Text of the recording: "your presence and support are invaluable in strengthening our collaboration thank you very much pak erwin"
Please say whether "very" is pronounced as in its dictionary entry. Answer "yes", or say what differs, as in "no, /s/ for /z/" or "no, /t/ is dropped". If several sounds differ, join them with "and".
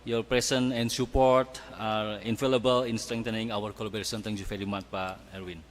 no, /f/ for /v/